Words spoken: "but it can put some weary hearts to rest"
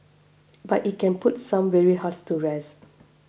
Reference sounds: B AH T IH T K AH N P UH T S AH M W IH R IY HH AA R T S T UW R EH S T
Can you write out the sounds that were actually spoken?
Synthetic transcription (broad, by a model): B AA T IH T K AH N P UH T S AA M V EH R IY HH AA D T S T UW R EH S